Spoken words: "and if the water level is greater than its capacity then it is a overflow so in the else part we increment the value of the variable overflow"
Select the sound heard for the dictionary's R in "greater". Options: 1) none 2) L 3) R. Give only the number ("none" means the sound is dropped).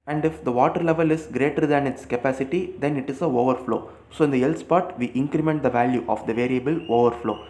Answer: 3